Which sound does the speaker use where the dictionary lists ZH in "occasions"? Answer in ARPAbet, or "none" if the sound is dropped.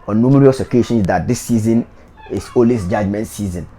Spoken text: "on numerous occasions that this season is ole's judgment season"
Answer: SH